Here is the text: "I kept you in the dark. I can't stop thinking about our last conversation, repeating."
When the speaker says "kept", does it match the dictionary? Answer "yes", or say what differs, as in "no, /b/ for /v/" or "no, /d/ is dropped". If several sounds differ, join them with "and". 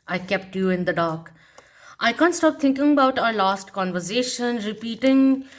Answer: yes